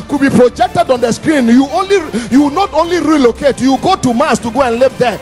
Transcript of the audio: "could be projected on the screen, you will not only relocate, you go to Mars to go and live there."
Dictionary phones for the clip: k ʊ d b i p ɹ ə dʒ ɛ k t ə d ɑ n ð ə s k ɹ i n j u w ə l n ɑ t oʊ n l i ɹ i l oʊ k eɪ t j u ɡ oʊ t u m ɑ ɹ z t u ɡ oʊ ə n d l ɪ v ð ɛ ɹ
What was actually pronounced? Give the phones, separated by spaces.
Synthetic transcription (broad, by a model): k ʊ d b i p ɹ ə dʒ ɛ k t ə d ɑ n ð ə s k ɹ i n j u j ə w n ɑ t oʊ n l i ɹ i l oʊ k eɪ t j u ɡ oʊ t u m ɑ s t u ɡ oʊ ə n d l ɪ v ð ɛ